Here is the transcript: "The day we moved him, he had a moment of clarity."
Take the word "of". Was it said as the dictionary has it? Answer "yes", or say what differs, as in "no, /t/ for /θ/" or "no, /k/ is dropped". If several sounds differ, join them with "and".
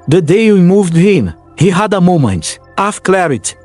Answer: no, /f/ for /v/